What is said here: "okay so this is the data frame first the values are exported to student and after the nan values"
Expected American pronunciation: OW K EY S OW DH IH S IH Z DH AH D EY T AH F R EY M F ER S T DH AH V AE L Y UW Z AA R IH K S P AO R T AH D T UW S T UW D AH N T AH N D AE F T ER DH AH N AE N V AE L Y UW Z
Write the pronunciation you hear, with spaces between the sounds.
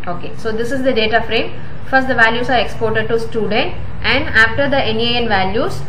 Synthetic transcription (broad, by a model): OW K EY S OW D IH S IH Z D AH D EY T AH F R EY M F ER S T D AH V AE L Y UW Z AA R IH K S P AO R T AH D T UW S T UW D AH N T AH N D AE F T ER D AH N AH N V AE L Y UW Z